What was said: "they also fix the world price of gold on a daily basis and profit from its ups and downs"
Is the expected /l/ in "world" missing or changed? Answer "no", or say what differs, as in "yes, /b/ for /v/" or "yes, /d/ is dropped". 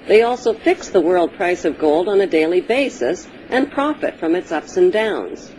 no